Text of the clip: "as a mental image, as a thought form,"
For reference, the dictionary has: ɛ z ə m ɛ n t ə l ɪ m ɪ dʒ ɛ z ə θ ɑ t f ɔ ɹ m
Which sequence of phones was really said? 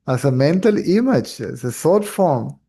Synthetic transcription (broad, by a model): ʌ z ə m ɛ n t ə l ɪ m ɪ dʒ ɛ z ə s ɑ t f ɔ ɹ m